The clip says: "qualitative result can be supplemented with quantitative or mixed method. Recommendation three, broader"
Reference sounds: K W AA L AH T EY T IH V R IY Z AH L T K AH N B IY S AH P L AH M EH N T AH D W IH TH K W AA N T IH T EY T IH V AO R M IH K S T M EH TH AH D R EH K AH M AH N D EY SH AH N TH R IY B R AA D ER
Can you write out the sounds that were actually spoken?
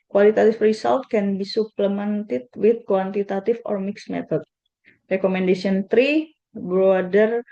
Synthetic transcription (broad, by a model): K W AA L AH T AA T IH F R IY S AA L T K AH N B IY S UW P L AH M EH N T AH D W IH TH K W AA N T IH T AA T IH F AO R M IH K S M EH T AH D R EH K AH M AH N D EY S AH N T R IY B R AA D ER